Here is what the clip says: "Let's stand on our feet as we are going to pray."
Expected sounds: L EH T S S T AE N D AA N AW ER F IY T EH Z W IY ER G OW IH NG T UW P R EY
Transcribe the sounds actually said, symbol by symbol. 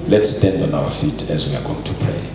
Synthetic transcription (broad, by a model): L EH T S S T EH N D AA N AW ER F IY T EH Z W IY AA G OW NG T UW P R EY